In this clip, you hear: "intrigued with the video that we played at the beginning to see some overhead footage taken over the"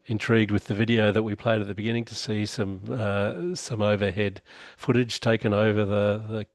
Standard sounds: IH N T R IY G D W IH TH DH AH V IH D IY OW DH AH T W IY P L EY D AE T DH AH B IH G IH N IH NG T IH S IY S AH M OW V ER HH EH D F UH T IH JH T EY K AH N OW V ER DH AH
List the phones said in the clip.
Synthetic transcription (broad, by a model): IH N T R IY G D W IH DH AH V IH D IY OW DH AH T W IY P L EY D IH T DH AH B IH G IH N IH NG T IH S IY S AH M OW V ER HH EH D F UH T IH JH T EY K AH N OW V ER DH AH